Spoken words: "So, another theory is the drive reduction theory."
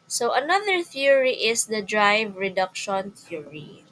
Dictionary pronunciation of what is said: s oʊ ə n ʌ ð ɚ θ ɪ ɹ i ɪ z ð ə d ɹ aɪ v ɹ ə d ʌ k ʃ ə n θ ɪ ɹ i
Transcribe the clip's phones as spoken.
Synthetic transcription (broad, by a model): s oʊ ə n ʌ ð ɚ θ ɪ ɹ i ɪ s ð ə d ɹ aɪ v ɹ ə d ʌ k ʃ ə n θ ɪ ɹ i